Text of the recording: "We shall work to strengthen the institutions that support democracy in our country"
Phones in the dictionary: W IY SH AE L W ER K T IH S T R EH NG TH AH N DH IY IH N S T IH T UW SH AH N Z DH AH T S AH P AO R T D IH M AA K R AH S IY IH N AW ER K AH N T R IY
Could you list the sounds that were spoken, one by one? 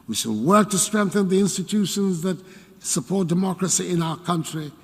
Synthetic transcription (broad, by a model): W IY SH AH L W ER K T IH S T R EH NG TH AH N DH IY IH N S T IH T UW SH AH N Z DH AH T S AH P AO R T D IH M AA K R AH S IY IH N AW ER K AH N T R IY